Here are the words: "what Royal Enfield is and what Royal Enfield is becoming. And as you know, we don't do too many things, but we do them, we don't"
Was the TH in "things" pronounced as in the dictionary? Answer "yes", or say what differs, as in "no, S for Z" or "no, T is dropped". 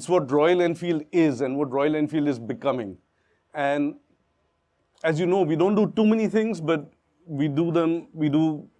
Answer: no, T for TH